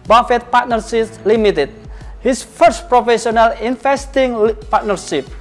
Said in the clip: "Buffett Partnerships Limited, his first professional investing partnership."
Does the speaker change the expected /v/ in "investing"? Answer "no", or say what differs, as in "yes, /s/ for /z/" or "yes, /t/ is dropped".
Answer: yes, /f/ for /v/